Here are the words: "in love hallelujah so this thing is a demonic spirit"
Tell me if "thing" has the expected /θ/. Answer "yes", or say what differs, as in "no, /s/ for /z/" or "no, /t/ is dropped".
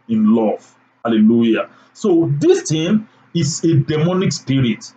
no, /t/ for /θ/